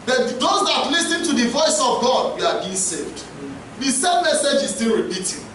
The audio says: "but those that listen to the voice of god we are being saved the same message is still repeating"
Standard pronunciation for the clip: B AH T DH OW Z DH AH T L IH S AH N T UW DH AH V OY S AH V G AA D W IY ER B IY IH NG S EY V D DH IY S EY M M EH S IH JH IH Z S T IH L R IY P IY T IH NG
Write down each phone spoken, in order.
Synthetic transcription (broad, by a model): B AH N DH OW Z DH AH T L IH S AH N T UW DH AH V OY S AH V G AA D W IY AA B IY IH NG S EY V D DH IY S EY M M EH S IH JH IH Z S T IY L R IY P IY T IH